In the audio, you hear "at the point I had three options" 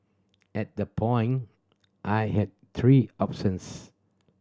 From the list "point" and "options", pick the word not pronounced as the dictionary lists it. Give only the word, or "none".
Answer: options